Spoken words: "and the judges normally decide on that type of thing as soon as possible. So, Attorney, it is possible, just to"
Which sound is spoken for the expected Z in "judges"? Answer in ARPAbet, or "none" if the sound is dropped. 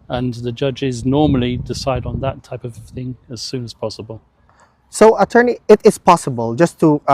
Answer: Z